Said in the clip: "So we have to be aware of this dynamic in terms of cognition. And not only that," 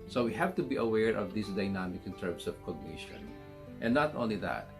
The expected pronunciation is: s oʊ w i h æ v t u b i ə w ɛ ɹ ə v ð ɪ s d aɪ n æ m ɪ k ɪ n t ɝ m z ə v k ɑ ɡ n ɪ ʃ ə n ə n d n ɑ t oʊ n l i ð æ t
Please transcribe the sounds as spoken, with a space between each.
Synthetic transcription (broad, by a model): s oʊ w i h æ v t u b i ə w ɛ ɹ ə v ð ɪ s d aɪ n æ m ɪ k ɪ n t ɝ m s ə v k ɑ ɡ n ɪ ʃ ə n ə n n ɑ t oʊ n l i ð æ t